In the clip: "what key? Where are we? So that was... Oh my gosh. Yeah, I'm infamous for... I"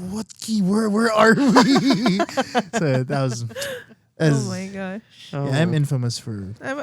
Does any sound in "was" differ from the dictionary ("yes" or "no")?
no